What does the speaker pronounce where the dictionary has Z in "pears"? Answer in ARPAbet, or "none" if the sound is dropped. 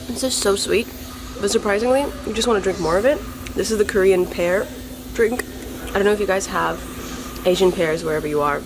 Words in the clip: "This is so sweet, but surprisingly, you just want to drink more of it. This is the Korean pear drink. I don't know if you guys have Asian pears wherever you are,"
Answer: Z